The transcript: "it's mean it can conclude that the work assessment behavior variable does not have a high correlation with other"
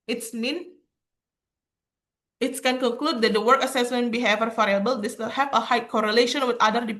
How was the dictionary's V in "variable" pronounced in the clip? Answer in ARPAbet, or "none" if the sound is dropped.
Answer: F